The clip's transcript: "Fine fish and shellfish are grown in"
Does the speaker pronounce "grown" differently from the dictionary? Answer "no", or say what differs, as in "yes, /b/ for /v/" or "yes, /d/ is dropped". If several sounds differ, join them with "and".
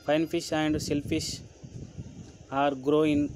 yes, /n/ is dropped